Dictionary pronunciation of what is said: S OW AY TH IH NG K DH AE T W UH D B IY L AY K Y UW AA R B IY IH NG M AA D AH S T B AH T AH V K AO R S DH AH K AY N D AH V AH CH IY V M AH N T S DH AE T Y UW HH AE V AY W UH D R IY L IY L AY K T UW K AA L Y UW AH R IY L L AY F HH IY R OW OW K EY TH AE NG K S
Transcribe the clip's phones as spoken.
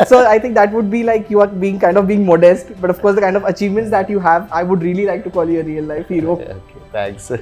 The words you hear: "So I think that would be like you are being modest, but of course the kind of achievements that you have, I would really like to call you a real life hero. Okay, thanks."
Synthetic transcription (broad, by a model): S OW AY T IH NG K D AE T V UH D B IY L AY K Y UW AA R B IY IH NG M AA D AH S T B AH T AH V K AO R S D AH K AY N D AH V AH CH IY V M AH N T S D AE T Y UW HH AE V AY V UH D R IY L IY L AY K T UW K AA L Y UW AH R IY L L AY F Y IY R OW OW K EY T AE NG K S